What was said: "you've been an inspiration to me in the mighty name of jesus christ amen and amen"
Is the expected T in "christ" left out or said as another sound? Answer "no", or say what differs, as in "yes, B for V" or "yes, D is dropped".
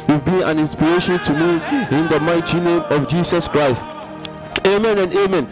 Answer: no